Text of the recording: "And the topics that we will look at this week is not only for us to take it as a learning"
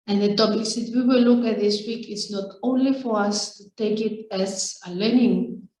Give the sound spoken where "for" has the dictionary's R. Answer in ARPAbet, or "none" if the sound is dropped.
R